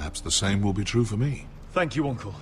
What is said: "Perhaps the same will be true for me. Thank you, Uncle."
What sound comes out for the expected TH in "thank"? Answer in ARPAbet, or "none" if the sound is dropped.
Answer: TH